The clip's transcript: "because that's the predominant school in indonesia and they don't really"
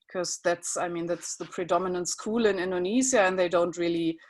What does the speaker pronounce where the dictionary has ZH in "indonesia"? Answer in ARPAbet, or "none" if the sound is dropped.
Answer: Z